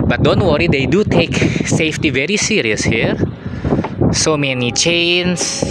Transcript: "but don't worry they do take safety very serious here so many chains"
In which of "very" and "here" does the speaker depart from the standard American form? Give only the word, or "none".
none